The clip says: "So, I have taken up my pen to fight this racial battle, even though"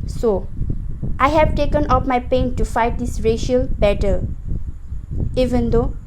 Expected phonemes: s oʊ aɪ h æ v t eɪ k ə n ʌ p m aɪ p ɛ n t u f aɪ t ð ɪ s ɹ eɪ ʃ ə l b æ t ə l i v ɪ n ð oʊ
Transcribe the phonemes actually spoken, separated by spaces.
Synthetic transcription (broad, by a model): s oʊ aɪ h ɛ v t eɪ k ə n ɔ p m aɪ p ɛ n t u f aɪ t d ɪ s ɹ eɪ ʃ ə l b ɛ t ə l i v ɪ n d oʊ